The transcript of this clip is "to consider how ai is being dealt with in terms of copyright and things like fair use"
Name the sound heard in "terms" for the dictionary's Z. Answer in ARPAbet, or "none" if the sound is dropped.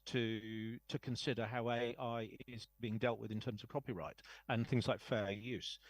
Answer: Z